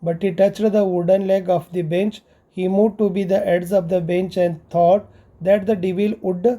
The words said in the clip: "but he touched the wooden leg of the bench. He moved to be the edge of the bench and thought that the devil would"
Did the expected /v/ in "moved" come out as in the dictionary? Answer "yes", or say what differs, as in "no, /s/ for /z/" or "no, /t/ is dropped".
no, /v/ is dropped